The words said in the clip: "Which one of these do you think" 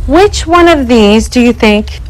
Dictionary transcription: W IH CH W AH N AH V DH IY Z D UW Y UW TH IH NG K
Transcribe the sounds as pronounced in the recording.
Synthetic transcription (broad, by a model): W IH CH W AH N AH V DH IY Z D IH Y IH TH IH NG K